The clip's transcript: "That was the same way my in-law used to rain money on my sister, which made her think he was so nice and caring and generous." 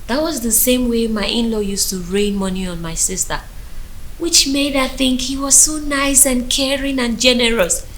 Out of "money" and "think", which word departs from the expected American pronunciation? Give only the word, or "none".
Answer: none